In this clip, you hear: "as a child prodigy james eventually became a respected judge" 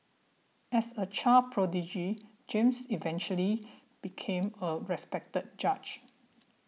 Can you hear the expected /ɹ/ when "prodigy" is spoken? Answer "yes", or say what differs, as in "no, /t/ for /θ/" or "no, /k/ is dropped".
yes